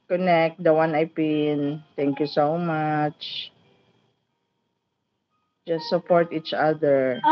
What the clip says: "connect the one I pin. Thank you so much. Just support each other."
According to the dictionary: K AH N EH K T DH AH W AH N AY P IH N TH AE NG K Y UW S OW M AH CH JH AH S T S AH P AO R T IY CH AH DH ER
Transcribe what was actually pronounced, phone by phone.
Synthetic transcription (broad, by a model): K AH N EH K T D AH W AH N AY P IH N T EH NG K Y UW S OW M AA CH JH AH S T S AH P AO R T IY CH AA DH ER